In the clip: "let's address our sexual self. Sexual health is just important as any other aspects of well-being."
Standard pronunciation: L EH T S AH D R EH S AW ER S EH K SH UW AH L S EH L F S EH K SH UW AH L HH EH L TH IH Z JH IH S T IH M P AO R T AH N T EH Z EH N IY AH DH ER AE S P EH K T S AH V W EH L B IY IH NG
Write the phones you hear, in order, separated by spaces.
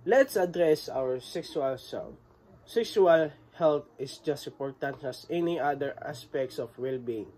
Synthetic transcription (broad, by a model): L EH T S AH D R EH S AW ER S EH K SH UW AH L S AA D S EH K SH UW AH L HH EH L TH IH S JH IH S T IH P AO R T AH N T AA S EH N IY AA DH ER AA S P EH K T S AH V W EH L B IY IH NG